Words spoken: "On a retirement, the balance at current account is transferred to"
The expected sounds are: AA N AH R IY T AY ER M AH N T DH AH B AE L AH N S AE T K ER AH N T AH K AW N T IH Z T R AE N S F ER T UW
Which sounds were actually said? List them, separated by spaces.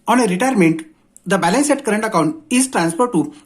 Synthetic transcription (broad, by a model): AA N AH R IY T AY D M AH N T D AH B AE L AH N S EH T K ER AH N T AH K AW N T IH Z T R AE N S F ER T UW